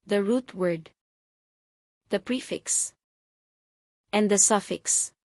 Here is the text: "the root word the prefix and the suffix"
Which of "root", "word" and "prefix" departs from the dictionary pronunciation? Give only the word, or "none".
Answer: none